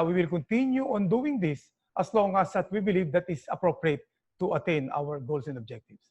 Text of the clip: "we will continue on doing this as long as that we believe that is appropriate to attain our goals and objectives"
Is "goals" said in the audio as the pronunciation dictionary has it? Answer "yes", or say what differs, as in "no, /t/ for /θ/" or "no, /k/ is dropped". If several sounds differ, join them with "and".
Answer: no, /s/ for /z/